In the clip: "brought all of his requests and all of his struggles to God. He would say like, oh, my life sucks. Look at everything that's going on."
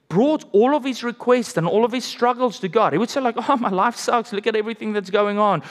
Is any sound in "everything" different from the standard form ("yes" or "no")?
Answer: no